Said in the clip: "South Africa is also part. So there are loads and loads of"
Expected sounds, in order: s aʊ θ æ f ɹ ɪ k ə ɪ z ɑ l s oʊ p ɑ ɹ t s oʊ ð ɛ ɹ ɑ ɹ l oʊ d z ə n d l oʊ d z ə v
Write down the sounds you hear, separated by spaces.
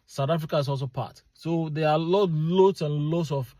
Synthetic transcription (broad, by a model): s aʊ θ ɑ f ɹ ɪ k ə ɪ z ɑ l s oʊ p ɑ t s oʊ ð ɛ l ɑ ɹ l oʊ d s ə n l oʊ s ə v